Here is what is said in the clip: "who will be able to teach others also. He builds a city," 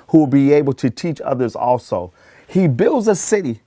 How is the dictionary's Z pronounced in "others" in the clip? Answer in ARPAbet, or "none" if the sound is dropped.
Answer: Z